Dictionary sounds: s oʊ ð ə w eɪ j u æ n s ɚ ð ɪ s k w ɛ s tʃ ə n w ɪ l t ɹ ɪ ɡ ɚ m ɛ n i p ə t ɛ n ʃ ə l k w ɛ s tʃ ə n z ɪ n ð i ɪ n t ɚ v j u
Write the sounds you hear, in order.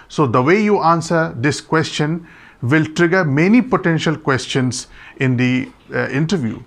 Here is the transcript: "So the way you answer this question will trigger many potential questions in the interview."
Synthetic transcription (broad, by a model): s oʊ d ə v eɪ j u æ n s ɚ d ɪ s k w ɛ s tʃ ə n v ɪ l t ɹ ɪ ɡ ɚ m ɛ n i p ə t ɛ n ʃ ə l k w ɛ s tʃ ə n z ɪ n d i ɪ n t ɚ v j u